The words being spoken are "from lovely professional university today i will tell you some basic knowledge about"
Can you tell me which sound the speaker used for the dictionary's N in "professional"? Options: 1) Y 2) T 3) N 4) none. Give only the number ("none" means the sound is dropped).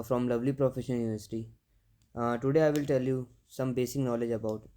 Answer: 4